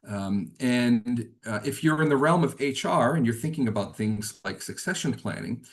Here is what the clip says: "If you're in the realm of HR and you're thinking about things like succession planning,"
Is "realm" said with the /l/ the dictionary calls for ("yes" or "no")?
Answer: yes